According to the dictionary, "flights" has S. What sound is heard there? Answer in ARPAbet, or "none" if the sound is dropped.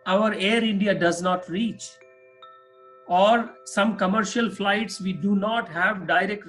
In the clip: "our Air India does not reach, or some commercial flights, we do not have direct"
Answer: S